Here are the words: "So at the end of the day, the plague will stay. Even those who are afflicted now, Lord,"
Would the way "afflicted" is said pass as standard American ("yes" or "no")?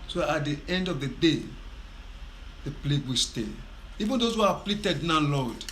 no